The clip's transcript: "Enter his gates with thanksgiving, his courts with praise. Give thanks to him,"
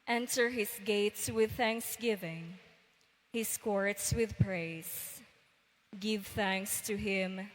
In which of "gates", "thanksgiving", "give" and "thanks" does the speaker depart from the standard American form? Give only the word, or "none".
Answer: none